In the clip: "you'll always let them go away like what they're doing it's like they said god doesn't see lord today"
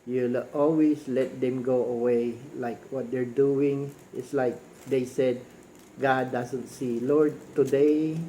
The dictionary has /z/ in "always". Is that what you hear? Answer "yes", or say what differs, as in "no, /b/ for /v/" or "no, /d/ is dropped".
no, /s/ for /z/